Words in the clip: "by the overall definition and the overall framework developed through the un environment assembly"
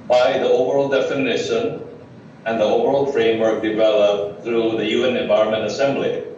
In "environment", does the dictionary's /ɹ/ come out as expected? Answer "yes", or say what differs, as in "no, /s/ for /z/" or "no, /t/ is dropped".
no, /ɹ/ is dropped